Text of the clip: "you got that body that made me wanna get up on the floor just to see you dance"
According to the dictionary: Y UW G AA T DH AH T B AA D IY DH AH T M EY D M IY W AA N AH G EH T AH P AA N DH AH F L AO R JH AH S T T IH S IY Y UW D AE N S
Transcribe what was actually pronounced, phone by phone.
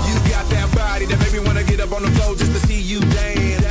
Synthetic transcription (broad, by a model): Y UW G AA T DH AH T B AA D IY DH AH T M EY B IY W AA N AH G EH T AH P N DH AH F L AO L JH AH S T T IH S IY Y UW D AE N